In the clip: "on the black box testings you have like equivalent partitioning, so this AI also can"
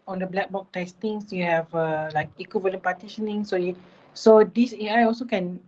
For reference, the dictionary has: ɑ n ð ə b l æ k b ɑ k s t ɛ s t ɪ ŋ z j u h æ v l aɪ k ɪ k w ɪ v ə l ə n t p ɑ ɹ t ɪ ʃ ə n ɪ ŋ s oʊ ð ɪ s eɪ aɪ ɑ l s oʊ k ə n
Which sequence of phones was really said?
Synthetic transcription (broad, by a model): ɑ n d ə b l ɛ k b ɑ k t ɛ s t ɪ ŋ s j u h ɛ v l aɪ k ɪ k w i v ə l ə n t p ɑ t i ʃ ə n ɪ ŋ s oʊ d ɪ s eɪ aɪ ɑ l s oʊ k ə n